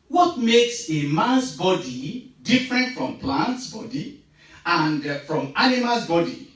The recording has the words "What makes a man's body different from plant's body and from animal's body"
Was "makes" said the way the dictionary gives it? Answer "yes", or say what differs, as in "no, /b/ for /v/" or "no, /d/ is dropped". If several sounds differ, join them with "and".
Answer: yes